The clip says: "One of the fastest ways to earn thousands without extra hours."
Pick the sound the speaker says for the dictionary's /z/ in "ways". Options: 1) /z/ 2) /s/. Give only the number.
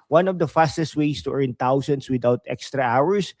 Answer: 2